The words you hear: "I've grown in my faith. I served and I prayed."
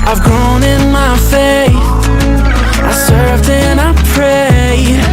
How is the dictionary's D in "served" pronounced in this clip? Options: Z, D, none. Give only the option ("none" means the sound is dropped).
D